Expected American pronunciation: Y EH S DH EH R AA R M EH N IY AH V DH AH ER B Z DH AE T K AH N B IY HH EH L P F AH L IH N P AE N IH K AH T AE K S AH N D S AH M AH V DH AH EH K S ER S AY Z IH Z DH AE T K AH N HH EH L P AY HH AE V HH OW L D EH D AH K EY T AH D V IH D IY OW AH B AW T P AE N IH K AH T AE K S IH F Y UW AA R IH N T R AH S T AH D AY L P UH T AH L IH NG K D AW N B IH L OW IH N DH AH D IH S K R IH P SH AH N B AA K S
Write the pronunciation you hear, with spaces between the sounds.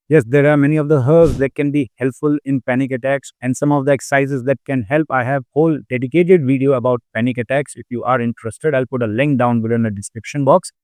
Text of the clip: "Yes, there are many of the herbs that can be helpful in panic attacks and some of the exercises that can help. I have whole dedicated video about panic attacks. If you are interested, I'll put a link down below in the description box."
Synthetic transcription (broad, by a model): Y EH S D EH R AA R M EH N IY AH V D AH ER Z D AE T K AH N B IY HH EH L P F AH L IH N P AE N IH K AH T AE K S AH N D S AH M AH V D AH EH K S S AY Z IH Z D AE T K AH N HH EH L P AY HH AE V HH OW L D EH D AH K EY T AH D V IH D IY OW AH B AW T P AE N IH K AH T AE K S IH F Y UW AA R IH N T R AH S T AH D AY L P UH T AH L IH NG K D AW N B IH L IH N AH D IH S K R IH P SH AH N B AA K S